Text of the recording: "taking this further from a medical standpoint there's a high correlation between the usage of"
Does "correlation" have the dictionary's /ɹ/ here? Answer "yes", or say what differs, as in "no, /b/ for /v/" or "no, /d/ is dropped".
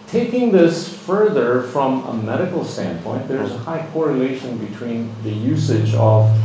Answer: yes